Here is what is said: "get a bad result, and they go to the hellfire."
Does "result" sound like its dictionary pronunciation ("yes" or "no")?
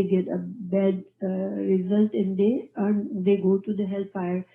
yes